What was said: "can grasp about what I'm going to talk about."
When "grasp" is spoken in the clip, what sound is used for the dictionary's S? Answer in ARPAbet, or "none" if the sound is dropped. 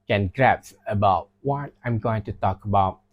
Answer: none